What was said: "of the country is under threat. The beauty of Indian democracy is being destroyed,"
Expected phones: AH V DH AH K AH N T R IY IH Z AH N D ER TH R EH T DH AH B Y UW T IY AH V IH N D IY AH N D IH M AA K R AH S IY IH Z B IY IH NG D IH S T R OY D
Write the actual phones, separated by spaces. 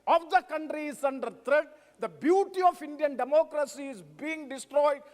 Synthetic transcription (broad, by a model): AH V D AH K AH N T R IY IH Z AH N D ER T R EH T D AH B Y UW T IY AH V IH N D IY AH N D IH M AA K R AH S IY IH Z B IY IH NG D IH S T R OY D